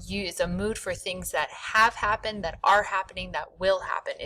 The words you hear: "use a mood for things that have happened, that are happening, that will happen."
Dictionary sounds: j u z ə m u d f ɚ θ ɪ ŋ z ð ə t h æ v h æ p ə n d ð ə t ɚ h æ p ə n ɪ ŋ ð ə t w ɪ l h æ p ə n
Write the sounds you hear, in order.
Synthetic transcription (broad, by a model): j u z ə m u d f ɚ θ ɪ ŋ z ð ə t h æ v h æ p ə n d ð ə t ɚ h æ p ə n ɪ ŋ ð ə t w ɪ l h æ p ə n